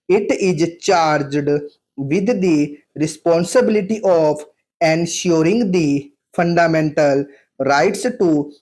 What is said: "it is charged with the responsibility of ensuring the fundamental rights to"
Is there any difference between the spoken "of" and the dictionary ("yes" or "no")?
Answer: yes